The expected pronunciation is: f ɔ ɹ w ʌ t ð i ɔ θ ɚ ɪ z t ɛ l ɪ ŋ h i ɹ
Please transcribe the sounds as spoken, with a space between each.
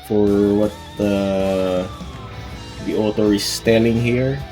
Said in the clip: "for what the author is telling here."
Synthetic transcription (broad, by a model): f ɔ ɹ w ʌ t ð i ɔ t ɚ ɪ s t ɛ l ɪ ŋ h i ɹ